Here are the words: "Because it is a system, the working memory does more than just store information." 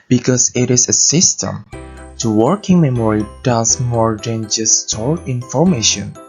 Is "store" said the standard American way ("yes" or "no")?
no